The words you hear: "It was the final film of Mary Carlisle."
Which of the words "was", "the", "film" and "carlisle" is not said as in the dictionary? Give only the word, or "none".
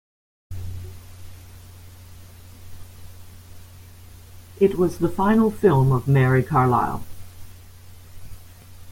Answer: none